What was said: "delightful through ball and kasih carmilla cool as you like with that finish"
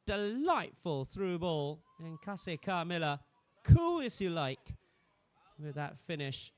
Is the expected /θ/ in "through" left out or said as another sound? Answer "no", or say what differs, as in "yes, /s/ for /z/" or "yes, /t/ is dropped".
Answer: no